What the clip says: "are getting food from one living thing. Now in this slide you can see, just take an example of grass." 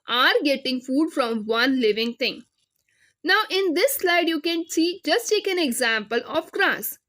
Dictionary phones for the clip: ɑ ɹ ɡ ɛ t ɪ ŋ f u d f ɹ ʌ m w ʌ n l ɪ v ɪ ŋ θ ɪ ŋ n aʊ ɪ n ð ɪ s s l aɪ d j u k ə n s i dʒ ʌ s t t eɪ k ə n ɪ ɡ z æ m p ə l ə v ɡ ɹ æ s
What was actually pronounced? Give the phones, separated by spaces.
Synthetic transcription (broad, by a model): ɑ ɹ ɡ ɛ t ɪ ŋ f u d f ɹ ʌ m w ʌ n l ɪ v ɪ ŋ t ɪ ŋ n aʊ ɪ n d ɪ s s l aɪ d j u k ə n s i dʒ ʌ s t t eɪ k ə n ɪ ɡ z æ m p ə l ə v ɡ ɹ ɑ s